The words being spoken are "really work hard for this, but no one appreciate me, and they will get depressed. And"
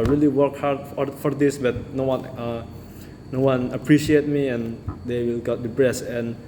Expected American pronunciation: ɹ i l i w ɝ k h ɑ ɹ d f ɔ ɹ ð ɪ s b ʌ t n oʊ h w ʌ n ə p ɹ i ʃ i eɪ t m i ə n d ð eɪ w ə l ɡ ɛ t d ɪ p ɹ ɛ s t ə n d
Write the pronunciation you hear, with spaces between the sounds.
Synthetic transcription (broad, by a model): ɹ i l i w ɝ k h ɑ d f f ɔ ɹ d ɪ s b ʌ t n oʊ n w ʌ n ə p ɹ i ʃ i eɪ t m i ə n d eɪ w ə l ɡ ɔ t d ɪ b ɹ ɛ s ə n